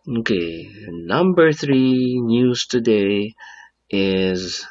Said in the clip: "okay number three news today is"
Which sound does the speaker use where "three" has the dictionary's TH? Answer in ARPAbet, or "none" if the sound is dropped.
TH